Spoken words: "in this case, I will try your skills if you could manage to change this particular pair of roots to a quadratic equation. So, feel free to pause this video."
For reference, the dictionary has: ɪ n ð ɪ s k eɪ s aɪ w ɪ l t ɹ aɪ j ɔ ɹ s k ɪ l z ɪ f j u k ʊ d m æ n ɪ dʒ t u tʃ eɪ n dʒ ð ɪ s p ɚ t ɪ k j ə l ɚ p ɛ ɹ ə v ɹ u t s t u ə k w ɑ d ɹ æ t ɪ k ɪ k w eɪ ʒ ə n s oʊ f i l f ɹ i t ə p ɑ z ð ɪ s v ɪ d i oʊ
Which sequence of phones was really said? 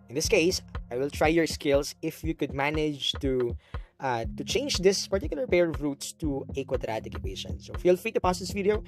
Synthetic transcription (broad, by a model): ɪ n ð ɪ s k eɪ s aɪ w ɪ l t ɹ aɪ j ɔ ɹ s k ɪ l s ɪ f j u k ʊ d m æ n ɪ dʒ t u tʃ eɪ n dʒ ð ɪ s p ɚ t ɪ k j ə l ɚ p ɛ ɹ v ɹ u t s t u ə k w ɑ d ɹ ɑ t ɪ k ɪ k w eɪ ʃ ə n s oʊ f i l f ɹ i t ə p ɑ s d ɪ s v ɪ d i oʊ